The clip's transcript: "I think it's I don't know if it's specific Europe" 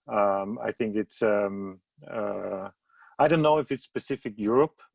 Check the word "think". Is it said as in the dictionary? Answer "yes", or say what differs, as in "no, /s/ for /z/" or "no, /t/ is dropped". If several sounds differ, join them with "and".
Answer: yes